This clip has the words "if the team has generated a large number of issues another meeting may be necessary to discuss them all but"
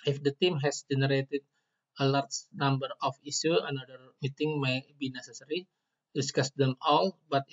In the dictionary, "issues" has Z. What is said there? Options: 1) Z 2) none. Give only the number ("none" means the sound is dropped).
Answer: 2